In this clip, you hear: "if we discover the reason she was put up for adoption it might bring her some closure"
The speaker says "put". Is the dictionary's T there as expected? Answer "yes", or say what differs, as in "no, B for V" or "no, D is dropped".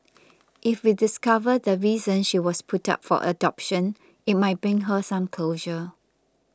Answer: yes